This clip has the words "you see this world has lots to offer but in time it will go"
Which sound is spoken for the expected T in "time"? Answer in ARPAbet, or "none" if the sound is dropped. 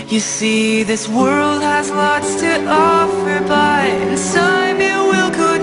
S